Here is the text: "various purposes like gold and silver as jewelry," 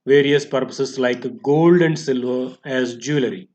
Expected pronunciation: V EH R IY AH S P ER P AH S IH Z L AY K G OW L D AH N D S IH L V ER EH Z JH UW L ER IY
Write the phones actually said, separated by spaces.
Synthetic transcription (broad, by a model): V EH R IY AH S P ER P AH S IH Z L AY K G OW L D AH N D S IH L V ER EH Z JH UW L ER IY